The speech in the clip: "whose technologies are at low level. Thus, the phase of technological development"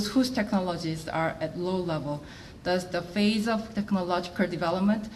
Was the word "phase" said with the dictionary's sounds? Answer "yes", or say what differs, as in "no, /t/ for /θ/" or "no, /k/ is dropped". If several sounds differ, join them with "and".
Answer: yes